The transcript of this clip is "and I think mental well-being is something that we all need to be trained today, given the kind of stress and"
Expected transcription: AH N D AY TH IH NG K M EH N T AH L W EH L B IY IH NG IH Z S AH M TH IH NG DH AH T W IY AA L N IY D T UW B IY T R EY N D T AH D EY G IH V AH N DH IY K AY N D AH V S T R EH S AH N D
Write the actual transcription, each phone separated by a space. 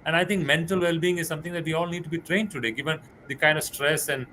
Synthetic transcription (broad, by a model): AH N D AY T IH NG K M EH N T AH L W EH L B IY IH NG IH Z S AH M T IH NG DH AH T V IY AA L N IY D T UW B IY T R EY N D T AH D EY G IH V AH N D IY K AY N D AH V S T R EH S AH N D